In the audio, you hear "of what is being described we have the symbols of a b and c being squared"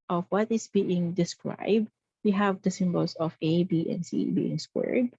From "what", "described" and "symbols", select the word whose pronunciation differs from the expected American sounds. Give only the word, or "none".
symbols